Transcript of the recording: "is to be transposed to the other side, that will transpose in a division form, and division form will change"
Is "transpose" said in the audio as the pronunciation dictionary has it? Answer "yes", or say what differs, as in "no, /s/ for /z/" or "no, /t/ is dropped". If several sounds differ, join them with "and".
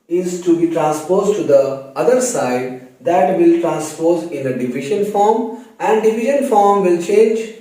yes